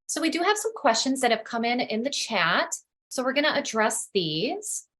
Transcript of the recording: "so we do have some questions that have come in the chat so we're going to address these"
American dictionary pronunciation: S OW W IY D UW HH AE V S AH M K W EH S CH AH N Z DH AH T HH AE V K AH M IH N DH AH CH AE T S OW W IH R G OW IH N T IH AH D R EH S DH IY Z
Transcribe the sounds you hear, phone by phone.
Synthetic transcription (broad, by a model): S OW W IY D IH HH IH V S AH M K W EH S CH AH N Z DH AH T HH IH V K AH M IH N DH AH CH AE T S OW W IH R G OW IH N T IH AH D R EH S DH IY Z